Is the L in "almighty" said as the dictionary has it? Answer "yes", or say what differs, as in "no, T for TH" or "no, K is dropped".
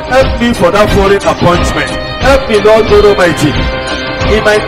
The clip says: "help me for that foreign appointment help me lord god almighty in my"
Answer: no, L is dropped